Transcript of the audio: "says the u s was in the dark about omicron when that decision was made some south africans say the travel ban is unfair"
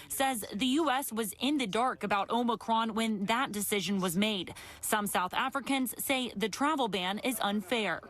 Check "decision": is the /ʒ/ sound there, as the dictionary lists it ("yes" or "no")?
yes